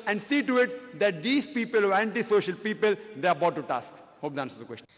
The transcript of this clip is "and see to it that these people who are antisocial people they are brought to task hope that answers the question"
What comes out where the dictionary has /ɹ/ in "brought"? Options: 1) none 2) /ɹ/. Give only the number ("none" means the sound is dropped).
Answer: 1